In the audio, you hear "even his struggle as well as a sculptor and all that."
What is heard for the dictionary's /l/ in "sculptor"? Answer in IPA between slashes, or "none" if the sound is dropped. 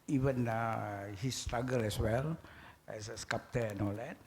none